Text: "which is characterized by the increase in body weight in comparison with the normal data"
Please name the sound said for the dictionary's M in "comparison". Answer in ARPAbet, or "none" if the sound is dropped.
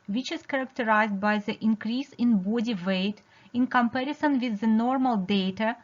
M